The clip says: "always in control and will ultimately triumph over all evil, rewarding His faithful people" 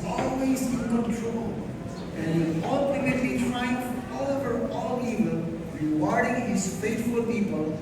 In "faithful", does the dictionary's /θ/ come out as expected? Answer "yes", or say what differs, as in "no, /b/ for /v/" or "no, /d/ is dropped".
no, /t/ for /θ/